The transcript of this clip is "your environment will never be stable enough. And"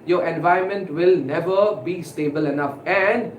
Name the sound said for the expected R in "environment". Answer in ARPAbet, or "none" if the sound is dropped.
none